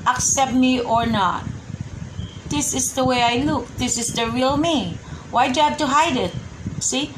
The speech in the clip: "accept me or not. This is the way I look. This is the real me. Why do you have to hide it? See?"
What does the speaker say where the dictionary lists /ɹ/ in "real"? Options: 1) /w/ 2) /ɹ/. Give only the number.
2